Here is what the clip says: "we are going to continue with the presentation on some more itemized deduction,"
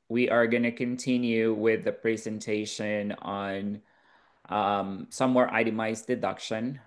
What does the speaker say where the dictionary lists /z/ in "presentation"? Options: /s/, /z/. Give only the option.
/z/